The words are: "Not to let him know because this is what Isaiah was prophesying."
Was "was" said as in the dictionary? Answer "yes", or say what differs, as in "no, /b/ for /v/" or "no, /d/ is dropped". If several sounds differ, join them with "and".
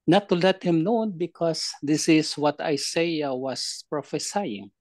no, /s/ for /z/